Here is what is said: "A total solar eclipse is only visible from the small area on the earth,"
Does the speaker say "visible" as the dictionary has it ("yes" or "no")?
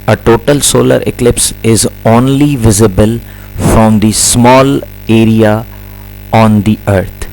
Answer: yes